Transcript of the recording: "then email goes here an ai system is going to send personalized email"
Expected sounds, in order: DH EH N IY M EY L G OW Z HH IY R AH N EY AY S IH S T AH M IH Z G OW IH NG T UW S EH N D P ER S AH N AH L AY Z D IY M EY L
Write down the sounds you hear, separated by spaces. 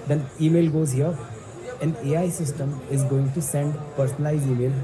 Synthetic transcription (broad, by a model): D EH N IY M EY L G OW Z HH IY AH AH N EY AY S IH S T AH M IH Z G OW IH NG T UW S EH N D P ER S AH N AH L AY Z IY M EY L